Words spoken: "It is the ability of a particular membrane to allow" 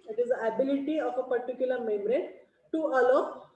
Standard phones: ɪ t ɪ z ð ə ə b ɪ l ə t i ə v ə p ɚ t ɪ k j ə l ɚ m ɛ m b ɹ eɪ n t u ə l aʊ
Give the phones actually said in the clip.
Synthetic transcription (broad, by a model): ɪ t ɪ z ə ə b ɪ l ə t i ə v ə p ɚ t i k j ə l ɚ m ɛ m ɹ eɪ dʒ t u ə l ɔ